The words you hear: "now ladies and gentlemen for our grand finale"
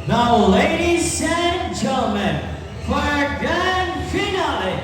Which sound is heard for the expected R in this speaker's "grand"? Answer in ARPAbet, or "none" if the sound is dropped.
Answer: none